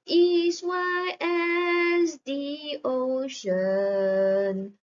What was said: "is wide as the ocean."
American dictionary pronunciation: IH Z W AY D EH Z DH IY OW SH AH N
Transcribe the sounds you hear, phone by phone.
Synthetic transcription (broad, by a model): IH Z W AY EH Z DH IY OW SH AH N